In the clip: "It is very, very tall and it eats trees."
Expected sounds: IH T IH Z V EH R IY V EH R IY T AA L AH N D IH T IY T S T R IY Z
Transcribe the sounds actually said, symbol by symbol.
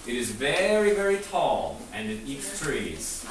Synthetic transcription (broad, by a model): IH T IH Z V EH R IY V EH R IY T AA L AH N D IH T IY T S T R IY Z